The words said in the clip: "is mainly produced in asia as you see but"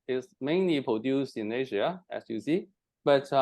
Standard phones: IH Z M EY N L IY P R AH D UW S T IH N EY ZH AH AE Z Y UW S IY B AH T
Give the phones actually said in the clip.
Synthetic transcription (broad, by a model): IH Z M EY N L IY P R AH D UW S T IH N EY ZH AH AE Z Y UW S IY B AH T